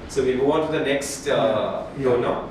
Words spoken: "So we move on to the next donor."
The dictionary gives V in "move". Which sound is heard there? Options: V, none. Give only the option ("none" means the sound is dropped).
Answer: none